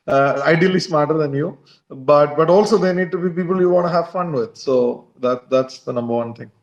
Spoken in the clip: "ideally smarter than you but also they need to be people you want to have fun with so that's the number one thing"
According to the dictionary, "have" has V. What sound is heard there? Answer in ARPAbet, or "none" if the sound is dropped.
V